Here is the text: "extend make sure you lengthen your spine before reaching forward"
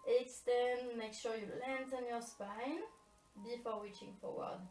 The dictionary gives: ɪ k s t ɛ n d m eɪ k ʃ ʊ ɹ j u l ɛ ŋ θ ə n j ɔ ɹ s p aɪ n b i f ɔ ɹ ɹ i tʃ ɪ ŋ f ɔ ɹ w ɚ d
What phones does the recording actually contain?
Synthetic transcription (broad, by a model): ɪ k s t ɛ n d m eɪ k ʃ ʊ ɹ j u l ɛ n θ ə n j ɔ ɹ s p aɪ n b i f ɔ ɹ w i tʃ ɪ ŋ f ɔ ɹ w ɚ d